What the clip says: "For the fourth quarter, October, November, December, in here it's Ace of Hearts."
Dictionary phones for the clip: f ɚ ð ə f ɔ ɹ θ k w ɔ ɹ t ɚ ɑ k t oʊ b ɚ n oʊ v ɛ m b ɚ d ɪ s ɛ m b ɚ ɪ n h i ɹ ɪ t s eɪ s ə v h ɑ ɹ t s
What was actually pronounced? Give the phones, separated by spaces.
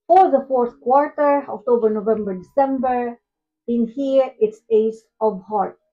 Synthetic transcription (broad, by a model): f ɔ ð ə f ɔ ɹ t k w ɔ ɹ t ɚ ɑ k t oʊ b ɚ n oʊ v ɛ m b ɚ d ɪ s ɛ m b ɚ ɪ n h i ɹ ɪ t s eɪ s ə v h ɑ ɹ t